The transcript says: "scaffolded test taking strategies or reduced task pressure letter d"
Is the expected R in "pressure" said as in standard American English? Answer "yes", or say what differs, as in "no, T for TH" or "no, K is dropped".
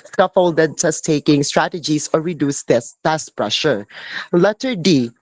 yes